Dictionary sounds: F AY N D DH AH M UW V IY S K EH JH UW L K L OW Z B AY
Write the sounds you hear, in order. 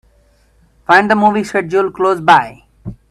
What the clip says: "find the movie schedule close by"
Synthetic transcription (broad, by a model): F AY N D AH M UW V IY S EH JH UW L K L OW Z B AY